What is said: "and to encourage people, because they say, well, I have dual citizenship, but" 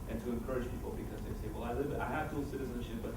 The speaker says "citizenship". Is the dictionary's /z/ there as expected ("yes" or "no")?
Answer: yes